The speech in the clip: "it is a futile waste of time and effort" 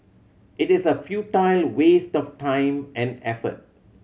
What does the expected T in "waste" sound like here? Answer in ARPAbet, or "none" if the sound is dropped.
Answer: T